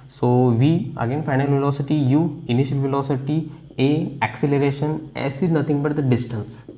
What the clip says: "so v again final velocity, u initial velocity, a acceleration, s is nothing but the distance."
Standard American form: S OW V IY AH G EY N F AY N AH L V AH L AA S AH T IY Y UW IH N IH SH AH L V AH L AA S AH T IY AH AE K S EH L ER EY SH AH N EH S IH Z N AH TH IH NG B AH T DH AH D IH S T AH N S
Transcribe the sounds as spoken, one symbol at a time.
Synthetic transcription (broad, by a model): S OW V IY AH G EY N F AY N AH L V AH L AA S AH T IY Y UW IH N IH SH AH L V AH L AA S AH T IY AH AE K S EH L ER EY SH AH N EH S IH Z N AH T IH NG B AH T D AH D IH S T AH N S